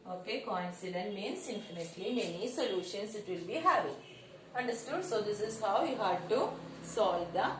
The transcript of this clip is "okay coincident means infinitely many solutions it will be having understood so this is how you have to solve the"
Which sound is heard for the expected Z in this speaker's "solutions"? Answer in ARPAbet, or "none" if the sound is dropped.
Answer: S